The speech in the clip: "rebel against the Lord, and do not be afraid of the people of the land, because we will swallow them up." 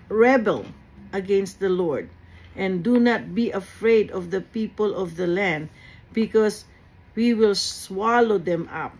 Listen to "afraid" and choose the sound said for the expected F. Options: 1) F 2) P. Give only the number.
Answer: 1